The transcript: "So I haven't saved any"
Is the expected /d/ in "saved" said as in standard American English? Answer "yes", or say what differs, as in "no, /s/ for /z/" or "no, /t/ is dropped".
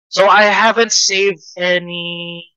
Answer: yes